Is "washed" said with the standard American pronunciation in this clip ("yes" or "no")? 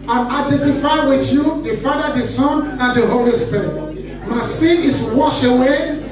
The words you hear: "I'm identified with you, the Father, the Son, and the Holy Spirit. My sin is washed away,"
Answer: no